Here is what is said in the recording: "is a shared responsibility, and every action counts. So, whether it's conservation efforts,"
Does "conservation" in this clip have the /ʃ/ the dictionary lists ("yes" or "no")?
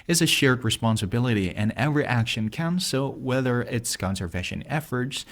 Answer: yes